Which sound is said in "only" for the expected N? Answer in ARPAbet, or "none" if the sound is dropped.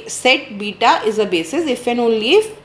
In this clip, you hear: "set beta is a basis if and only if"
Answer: none